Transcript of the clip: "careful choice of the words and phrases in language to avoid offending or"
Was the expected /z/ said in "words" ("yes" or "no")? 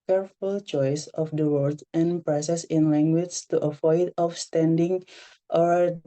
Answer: no